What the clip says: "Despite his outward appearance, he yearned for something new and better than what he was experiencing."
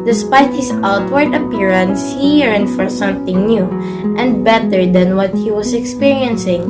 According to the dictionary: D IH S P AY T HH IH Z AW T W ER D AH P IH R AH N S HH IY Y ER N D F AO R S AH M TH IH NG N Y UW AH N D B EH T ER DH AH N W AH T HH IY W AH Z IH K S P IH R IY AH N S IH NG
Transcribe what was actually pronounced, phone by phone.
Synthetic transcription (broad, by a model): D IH S P AY T HH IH S AW T W ER D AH P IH R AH N S HH IY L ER N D F AO R S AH M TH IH NG N Y UW AH N D B EH T ER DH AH N W AH T HH IY W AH S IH K S P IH R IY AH N S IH NG